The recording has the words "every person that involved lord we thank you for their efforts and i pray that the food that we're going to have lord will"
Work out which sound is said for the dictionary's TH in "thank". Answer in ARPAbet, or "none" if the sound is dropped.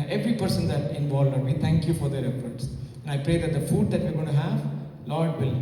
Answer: T